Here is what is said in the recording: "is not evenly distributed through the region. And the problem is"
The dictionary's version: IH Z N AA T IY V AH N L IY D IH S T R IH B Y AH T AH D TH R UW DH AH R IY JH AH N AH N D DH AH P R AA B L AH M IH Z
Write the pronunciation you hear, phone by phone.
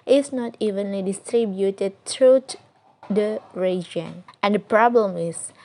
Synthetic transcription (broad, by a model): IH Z N AA T IY V AH N L IY D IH S T R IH B Y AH T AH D T R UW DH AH R IY JH AH N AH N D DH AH P R AA B L AH M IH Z